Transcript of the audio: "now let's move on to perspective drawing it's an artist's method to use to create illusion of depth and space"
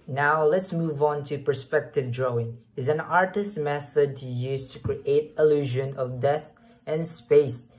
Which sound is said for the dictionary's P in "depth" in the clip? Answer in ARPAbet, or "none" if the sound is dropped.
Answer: none